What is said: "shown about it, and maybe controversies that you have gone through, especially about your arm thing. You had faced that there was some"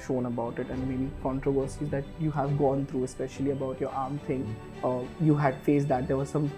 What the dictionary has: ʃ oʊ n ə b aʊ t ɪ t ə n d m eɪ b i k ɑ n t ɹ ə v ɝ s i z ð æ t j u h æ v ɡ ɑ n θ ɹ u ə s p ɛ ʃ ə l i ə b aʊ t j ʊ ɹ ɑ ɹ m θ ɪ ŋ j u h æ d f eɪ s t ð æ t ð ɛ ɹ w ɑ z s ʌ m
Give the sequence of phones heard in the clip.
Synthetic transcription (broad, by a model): ʃ oʊ n ə b aʊ t ɪ t ə n d m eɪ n i k ɑ n t ɹ ə v ɝ s i z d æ t j u h æ v ɡ ɑ n t ɹ u ə s p ɛ ʃ ə l i ə b aʊ t j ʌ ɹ ɑ ɹ m t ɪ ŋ j u h æ d f eɪ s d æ t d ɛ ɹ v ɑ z s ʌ m